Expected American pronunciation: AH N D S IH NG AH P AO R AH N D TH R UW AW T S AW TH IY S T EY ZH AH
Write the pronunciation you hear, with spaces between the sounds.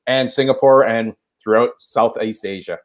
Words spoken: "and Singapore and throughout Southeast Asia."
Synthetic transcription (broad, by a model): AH N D S IH NG AH P AO R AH N TH R UW AW T S AW TH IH S T EY ZH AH